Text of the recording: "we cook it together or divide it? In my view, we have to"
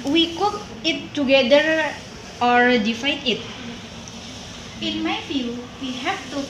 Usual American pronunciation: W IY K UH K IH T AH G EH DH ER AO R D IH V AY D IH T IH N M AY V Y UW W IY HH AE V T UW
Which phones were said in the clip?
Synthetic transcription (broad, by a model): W IY K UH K IH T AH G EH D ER AO R D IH F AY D IH T IH N M AY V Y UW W IY HH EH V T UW